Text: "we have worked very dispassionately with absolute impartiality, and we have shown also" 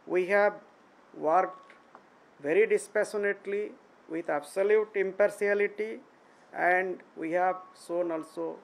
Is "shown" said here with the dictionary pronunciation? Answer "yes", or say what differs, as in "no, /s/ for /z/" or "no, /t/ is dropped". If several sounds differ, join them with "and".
no, /s/ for /ʃ/